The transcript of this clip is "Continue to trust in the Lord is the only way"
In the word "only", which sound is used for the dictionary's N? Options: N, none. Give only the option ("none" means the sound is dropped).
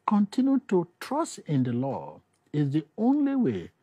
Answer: N